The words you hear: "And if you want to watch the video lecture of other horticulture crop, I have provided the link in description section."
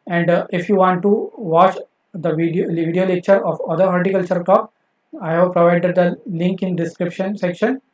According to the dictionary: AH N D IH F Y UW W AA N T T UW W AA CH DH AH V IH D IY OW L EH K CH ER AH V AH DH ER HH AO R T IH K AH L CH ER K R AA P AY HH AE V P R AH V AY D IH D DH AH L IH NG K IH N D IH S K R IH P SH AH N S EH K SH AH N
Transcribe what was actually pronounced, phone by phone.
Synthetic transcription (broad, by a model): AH N D IH F Y UW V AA N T T UW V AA CH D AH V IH D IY OW L EH K CH ER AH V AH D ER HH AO R T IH K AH L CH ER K AA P AY HH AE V P R AH V AY D IH D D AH L IH NG K IH N D IH S K R IH P SH AH N S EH K SH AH N